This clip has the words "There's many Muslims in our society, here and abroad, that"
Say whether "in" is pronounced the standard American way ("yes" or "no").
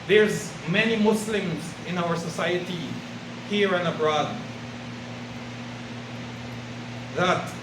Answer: yes